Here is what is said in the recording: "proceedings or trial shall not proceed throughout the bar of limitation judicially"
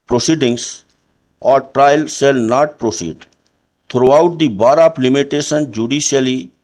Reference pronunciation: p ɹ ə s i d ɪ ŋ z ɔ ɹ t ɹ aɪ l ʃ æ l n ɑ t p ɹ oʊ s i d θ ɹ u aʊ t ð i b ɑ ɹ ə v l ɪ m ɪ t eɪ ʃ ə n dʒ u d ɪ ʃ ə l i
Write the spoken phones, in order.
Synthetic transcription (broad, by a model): p ɹ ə s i d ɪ ŋ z ɔ ɹ t ɹ aɪ l s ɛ l n ɑ t p ɹ oʊ s i d t ɹ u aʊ t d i b ɑ ɹ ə p l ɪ m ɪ t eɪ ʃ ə n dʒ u d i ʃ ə l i